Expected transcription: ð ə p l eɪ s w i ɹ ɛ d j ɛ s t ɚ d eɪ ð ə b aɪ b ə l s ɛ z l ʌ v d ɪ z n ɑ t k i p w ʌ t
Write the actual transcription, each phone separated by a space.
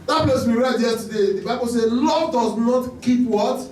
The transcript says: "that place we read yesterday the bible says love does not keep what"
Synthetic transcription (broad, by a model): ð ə p l eɪ s w i ɹ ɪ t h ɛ t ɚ d eɪ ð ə b aɪ b ə l s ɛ l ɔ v d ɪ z n ɑ t k i p w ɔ t